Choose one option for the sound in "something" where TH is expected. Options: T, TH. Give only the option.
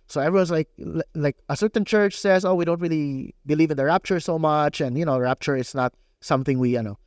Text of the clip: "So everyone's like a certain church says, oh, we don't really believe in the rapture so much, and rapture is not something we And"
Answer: TH